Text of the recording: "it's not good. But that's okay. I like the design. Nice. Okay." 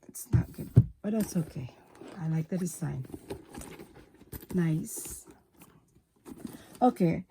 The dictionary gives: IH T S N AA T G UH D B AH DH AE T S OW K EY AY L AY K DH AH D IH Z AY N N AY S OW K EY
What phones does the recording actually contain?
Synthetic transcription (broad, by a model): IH T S N AA T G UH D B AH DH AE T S OW K EY AY L AY K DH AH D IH S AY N N AY S OW K EY